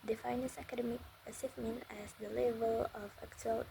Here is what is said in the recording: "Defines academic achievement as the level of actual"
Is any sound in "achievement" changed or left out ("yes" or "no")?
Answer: yes